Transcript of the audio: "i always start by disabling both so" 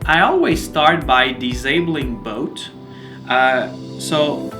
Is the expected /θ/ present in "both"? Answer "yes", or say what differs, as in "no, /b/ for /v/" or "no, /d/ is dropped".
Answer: no, /t/ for /θ/